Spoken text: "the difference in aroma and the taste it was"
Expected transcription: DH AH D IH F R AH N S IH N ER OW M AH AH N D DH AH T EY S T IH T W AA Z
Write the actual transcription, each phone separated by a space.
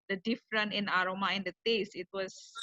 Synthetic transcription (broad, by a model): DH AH D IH F R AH N IH N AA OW M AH AH N D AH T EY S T IH T W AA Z